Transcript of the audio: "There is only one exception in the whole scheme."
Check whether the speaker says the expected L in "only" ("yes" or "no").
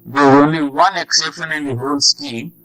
yes